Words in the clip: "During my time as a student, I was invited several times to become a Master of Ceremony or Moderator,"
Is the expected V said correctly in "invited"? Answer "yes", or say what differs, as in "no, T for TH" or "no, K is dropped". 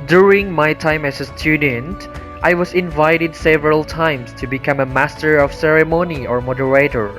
yes